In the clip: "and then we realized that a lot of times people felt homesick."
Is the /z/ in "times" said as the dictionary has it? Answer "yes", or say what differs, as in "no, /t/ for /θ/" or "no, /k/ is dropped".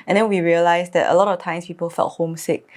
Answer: no, /s/ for /z/